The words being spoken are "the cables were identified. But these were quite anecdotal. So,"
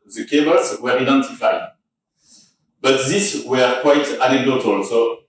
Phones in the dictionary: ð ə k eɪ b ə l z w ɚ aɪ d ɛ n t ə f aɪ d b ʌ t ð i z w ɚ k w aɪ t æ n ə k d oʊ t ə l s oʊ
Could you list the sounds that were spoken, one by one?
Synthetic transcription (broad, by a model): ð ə k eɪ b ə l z w ɚ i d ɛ n t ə f aɪ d b ʌ t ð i s w ɚ k w aɪ t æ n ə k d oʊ t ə l s oʊ